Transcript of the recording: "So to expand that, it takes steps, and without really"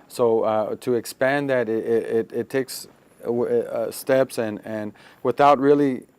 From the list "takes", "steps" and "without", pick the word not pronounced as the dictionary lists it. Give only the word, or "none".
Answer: none